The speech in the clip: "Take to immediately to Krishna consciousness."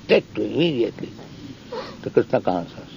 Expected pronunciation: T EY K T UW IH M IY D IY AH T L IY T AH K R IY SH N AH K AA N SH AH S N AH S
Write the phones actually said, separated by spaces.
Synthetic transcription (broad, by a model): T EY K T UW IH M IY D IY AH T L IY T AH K IY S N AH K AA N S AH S